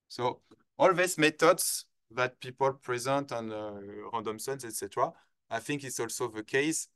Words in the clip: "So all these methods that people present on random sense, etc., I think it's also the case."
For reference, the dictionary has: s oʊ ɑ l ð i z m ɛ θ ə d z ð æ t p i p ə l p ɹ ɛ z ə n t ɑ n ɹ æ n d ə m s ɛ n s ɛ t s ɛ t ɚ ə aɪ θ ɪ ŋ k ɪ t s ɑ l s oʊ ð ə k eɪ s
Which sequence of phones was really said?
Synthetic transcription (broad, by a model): s oʊ ɑ l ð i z m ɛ t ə d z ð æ t p i p ə l p ɹ ɛ z ə n t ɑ n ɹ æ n d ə m s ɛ n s ɛ t s ɛ t ɚ ə aɪ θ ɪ ŋ k ɪ t s ɑ l s oʊ ð ə k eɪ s